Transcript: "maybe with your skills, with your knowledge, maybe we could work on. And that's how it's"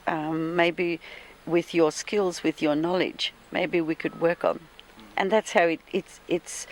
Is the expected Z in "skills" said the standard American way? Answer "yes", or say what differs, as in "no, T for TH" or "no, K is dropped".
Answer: yes